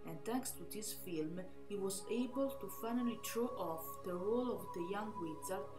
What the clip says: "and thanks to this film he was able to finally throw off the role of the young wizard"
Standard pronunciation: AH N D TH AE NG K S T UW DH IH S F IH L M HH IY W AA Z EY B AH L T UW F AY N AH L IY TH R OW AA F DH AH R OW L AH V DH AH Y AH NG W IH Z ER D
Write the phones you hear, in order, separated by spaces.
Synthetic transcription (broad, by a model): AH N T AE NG K S T UW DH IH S F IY L M HH IY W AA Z EY B AH L T UW F AY N AH L IY T R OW AA F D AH R OW L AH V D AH Y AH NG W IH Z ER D